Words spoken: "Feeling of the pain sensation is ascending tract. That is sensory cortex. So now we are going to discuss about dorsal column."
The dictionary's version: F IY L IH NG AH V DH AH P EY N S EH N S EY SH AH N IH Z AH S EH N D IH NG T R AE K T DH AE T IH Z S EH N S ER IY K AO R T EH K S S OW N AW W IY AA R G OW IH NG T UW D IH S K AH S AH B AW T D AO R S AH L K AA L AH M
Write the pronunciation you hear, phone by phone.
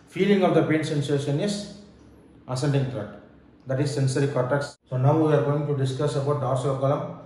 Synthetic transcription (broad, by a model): F IY L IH NG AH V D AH P EY N S EH N S EY SH AH N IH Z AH S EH N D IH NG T R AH T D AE T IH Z S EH N S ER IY K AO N T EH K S S OW N AW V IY AA R G OW IH NG T UW D IH S K AH S AH B AW T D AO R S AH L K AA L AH M